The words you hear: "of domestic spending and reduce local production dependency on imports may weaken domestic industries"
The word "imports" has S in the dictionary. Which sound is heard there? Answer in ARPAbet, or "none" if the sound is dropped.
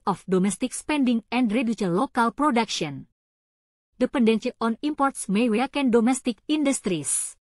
S